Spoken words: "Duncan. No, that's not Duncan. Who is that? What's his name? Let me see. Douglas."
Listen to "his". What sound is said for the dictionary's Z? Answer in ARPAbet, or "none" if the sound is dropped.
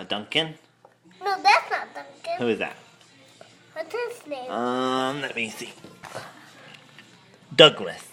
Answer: S